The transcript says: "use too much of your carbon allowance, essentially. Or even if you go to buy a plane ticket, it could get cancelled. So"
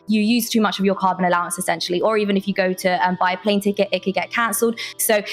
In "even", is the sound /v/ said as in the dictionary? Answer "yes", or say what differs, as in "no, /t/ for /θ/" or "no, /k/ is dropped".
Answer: yes